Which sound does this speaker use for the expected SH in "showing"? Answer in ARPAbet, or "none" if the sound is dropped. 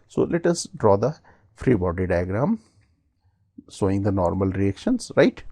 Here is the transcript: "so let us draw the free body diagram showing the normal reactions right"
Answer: S